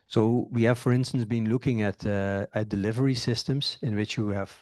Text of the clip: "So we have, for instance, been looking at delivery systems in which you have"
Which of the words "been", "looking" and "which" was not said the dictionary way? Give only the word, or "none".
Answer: none